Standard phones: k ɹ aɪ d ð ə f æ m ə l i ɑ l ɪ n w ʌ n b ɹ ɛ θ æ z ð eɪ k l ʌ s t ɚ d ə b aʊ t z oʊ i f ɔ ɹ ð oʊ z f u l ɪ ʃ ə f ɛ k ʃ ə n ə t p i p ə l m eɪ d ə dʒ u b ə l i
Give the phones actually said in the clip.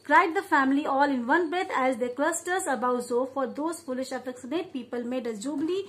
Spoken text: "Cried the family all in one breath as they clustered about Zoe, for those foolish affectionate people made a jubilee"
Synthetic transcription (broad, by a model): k ɹ aɪ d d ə f æ m ə l i ɑ l ɪ n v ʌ n b ɹ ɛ t æ z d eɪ k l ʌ s t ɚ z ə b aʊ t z oʊ f ɔ ɹ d oʊ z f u l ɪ ʃ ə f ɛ k s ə n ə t p i p ə l m eɪ d ə dʒ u b l i